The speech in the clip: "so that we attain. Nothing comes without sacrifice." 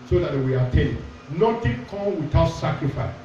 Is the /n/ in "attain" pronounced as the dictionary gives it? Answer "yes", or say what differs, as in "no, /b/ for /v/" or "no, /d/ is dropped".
no, /l/ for /n/